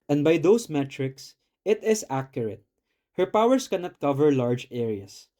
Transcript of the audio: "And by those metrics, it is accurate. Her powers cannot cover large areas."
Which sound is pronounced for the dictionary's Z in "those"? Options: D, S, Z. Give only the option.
S